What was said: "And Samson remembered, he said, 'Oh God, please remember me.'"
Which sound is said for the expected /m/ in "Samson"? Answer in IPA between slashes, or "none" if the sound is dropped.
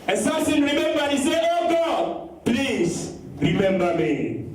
none